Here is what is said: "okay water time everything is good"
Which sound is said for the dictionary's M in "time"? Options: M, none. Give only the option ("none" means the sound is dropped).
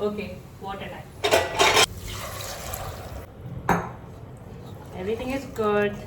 none